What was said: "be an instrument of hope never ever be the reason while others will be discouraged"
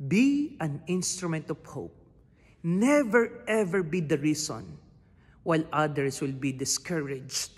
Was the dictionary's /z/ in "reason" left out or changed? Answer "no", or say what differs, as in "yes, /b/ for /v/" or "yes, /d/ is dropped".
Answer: yes, /s/ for /z/